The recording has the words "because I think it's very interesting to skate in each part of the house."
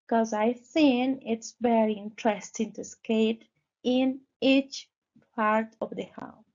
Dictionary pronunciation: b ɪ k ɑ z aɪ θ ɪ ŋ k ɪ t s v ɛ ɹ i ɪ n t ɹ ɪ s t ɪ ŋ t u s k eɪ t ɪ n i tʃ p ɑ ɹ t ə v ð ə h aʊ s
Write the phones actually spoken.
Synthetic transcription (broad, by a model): k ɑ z aɪ s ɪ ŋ ɪ t s v ɛ ɹ i ɪ n t ɹ ɪ s t ɪ ŋ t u s k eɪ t ɪ n i tʃ p ɑ ɹ t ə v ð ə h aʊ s